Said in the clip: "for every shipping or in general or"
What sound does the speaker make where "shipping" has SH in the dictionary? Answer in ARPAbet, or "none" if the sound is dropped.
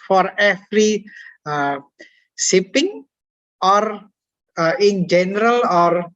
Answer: S